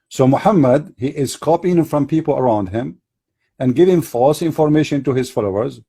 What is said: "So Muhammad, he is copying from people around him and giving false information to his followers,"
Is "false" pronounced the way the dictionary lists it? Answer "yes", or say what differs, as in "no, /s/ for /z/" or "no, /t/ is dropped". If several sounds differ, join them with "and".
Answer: yes